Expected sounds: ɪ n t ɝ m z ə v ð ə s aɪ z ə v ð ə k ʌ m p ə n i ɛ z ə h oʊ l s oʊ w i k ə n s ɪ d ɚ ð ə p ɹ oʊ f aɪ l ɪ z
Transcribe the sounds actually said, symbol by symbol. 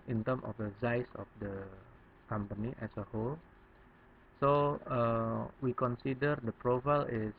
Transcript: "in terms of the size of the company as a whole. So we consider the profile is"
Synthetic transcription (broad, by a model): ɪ n t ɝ m ə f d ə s aɪ s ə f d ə k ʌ m p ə n i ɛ s ə h oʊ l s oʊ w i k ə n s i d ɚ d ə p ɹ oʊ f aɪ l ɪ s